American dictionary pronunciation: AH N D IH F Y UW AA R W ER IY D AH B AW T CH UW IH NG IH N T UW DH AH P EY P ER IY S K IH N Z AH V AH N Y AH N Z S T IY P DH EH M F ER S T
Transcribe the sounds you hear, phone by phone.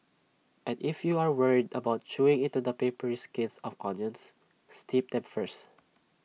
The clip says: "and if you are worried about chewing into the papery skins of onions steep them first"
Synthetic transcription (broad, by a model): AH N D IH F Y UW AA R W ER IY D AH B AW T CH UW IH NG IH N T UW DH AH P EY P ER IY S K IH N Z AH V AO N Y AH N S T IY P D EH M F ER S T